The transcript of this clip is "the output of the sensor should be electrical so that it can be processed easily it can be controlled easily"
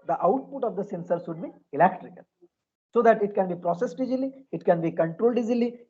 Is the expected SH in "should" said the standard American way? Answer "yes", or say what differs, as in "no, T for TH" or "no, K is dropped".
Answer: no, S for SH